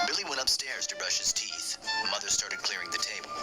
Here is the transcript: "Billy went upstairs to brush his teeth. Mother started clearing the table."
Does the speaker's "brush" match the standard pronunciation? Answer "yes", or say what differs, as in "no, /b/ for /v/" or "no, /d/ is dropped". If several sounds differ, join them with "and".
yes